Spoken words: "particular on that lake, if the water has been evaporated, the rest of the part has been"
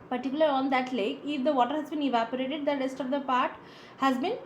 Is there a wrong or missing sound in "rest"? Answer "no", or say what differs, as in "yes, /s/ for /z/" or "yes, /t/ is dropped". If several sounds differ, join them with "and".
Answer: no